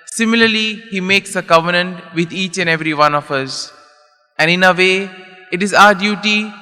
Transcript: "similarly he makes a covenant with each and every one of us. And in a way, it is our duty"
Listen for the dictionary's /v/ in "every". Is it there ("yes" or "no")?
yes